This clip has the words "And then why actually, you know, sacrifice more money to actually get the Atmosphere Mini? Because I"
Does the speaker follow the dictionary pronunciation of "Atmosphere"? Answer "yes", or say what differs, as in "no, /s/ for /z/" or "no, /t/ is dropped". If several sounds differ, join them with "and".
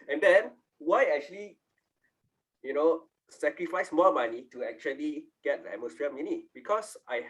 no, /l/ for /ɹ/